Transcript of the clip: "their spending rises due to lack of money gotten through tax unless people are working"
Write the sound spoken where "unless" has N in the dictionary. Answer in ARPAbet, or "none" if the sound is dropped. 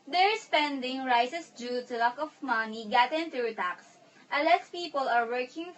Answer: none